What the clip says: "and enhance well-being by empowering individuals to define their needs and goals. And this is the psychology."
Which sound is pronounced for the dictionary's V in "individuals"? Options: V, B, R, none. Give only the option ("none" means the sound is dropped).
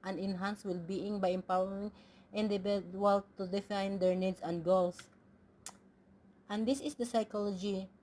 B